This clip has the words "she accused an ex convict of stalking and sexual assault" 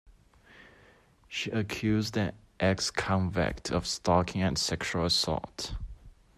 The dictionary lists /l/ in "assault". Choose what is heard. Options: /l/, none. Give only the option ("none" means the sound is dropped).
none